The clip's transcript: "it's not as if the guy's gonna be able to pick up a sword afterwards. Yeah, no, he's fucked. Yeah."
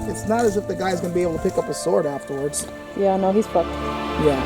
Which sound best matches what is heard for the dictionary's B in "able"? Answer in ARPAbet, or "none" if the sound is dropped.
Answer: none